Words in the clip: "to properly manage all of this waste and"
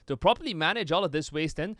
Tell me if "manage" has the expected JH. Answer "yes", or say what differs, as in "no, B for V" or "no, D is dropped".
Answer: yes